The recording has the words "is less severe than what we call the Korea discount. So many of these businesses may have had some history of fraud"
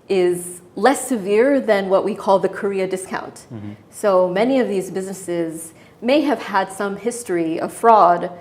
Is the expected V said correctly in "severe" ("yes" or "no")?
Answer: yes